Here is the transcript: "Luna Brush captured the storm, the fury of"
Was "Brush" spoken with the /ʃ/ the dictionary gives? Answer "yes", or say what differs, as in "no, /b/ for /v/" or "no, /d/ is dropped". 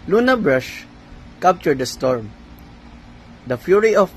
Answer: yes